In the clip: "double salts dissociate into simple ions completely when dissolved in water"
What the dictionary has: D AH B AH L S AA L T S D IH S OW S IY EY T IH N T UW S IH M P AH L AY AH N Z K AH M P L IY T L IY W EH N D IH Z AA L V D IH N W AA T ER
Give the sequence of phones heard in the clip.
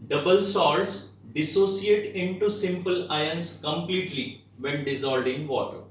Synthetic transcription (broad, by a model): D AH B AH L S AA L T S D IH S OW S IY EY T IH N T UW S IH M P AH L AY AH N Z K AH M P L IY T L IY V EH N D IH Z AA L D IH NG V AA T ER